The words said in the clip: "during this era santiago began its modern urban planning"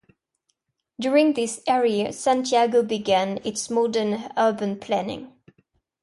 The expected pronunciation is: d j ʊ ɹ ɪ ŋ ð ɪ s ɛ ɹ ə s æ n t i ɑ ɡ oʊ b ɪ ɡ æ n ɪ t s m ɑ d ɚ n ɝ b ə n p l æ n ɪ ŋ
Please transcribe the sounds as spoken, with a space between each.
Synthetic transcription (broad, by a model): d j ʊ ɹ ɪ ŋ ð ɪ s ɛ ɹ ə s æ n t i ɑ ɡ oʊ b ɪ ɡ æ n ɪ t s m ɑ d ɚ n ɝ b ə n p l æ n ɪ ŋ